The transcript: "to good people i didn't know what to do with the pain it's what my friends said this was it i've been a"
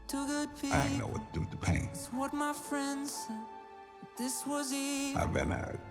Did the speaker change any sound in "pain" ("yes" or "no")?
yes